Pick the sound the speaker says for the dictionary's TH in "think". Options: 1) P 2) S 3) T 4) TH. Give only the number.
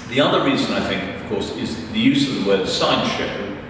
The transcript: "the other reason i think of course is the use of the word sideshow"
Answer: 4